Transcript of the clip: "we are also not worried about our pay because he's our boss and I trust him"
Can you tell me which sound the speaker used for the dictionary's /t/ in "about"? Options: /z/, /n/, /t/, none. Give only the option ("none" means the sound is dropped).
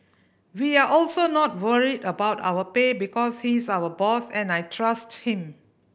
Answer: /t/